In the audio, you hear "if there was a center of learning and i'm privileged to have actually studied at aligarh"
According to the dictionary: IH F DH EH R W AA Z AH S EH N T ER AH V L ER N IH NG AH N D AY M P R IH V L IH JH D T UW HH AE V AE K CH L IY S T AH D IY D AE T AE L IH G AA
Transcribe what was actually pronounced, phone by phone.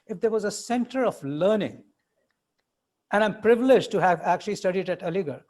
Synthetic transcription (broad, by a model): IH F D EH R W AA Z AH S EH N T ER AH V L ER N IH NG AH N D AY M P R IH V L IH JH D T UW HH AE V AE K CH L IY S T AH D IY D AE T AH L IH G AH